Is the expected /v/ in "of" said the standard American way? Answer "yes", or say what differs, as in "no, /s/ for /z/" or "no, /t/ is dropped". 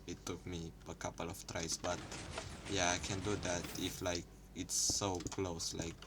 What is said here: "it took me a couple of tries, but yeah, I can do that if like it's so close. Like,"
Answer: no, /f/ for /v/